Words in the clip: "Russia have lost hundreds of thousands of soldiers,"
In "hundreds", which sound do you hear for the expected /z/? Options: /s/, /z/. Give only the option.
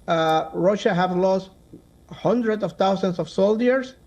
/s/